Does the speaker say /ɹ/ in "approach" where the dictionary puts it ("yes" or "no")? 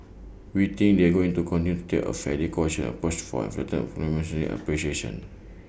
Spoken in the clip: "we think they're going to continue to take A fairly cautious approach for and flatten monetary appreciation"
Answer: no